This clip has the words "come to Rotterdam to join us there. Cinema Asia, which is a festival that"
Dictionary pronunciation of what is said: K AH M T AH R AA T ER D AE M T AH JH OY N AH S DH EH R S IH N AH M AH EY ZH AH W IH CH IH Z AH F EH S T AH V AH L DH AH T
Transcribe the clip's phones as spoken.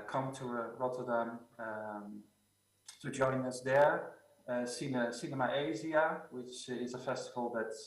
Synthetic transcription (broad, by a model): K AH M T AH R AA T ER D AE M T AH JH OY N AH S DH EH R S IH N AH M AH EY Z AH W IH CH IH Z AH F EH S T AH V AH L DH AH T